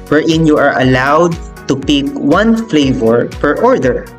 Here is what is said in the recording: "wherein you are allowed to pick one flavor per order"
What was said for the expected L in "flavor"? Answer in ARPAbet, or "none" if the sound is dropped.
L